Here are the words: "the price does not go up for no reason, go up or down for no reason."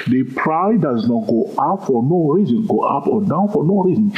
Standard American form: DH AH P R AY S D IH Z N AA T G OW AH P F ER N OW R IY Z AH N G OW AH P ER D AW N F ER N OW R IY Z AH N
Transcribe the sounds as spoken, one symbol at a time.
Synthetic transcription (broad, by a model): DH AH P R AY D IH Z N AA T G OW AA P F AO N OW R IY Z AH N G OW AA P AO D AW N F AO N OW R IY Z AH N